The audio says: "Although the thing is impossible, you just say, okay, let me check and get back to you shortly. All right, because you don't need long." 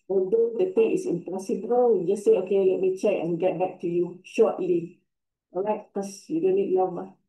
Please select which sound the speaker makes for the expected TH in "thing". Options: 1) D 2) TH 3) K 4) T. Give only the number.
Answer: 4